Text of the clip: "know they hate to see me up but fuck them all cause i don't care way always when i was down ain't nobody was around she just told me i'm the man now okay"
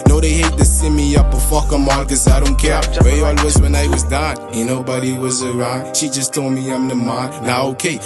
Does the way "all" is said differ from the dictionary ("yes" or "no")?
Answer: yes